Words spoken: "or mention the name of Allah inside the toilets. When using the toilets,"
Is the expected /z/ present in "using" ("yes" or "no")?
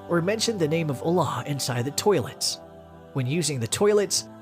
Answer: yes